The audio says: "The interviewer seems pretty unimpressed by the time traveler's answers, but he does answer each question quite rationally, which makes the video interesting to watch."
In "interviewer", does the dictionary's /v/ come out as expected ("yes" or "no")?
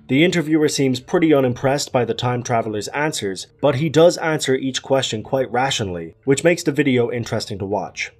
yes